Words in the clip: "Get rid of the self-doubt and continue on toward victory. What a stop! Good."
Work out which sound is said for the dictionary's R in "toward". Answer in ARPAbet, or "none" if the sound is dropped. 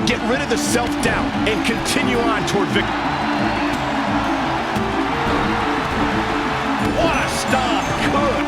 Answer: R